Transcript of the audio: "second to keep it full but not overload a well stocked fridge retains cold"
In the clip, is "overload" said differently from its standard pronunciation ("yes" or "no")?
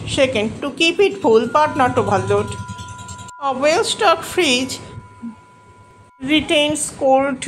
yes